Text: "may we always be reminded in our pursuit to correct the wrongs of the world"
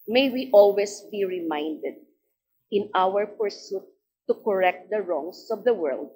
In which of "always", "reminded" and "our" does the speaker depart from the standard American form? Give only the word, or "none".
always